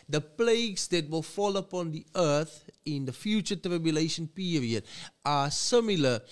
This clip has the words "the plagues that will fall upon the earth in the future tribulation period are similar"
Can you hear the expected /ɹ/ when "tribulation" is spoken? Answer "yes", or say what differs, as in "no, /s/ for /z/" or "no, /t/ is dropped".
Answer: yes